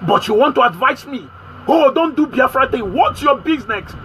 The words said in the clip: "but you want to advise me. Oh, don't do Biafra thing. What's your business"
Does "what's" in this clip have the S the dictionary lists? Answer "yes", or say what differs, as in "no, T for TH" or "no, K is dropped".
no, S is dropped